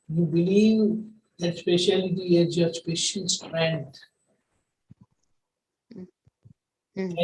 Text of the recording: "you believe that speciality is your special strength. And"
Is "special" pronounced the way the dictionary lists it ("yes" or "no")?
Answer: no